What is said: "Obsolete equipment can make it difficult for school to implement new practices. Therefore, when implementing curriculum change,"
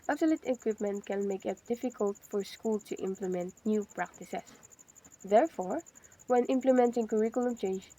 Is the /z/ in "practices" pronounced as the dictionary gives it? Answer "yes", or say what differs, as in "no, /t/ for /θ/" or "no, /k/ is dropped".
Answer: no, /s/ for /z/